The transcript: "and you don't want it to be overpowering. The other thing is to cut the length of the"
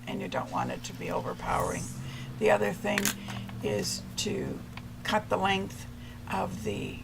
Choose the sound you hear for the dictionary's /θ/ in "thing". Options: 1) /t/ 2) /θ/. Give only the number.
2